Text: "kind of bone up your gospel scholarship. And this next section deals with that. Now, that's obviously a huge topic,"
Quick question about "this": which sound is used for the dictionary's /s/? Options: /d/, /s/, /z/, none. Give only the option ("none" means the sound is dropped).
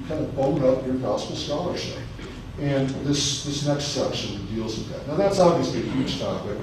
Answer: /s/